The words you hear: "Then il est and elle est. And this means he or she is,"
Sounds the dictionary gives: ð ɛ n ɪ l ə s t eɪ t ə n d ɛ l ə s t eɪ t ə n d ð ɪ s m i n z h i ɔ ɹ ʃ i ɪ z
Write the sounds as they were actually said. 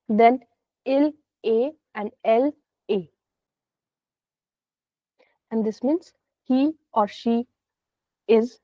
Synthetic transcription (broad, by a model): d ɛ n ɪ l eɪ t ə n d ɛ l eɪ ə n d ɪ s m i n s h i ɔ ɹ ʃ i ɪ z